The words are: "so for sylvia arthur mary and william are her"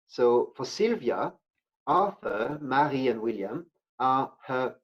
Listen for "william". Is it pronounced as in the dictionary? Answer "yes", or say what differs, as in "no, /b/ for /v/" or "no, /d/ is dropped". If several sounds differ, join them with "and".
yes